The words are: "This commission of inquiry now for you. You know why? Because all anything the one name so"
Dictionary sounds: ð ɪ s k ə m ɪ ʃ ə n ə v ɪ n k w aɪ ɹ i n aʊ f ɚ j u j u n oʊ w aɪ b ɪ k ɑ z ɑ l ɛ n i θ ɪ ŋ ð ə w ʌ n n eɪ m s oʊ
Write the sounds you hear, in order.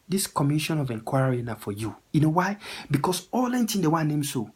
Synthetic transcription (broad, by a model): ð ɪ s k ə m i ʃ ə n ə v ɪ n k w aɪ ɹ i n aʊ f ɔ j u j u n oʊ w aɪ b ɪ k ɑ s ɑ l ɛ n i t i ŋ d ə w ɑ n n eɪ m s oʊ